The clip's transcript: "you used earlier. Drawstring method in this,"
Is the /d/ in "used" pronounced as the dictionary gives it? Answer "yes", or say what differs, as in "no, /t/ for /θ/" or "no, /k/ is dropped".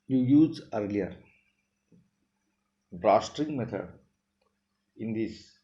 no, /d/ is dropped